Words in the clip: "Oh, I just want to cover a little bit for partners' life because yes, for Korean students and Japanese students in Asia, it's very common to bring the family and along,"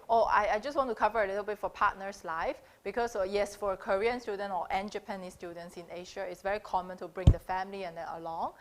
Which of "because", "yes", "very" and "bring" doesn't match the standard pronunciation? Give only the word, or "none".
because